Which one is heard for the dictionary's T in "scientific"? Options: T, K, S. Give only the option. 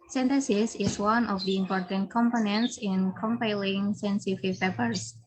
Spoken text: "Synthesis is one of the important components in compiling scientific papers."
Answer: S